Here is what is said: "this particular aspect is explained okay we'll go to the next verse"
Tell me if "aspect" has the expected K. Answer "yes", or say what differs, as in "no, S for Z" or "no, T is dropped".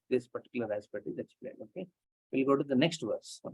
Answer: no, K is dropped